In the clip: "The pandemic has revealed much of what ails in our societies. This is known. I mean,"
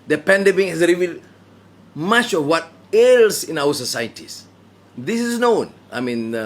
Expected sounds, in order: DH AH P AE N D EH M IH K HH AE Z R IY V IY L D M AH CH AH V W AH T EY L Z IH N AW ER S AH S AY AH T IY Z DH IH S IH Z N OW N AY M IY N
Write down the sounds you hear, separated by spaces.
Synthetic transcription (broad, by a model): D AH P AE N D EH M IH K HH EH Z R IY V IY L D M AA CH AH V W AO T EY L S IH N AW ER S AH S AY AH T IY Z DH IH S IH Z N OW N AY M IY N